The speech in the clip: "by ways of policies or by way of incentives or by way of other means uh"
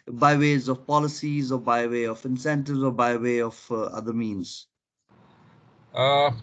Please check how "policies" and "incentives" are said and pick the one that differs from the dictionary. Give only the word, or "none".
none